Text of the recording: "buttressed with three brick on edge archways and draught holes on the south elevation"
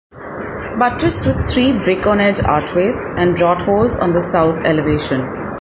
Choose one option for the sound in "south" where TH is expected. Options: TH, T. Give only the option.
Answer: T